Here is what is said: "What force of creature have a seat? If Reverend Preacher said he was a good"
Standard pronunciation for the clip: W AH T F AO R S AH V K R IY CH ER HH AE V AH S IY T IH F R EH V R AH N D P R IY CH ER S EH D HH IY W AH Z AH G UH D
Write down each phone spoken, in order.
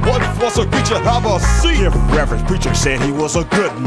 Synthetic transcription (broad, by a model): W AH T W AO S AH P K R IY CH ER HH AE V AH S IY IH F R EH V R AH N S P R IY CH ER S EH D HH IY W AH Z AH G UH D